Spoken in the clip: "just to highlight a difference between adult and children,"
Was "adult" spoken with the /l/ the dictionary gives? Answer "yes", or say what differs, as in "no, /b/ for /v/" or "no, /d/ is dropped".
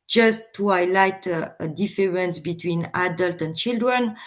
yes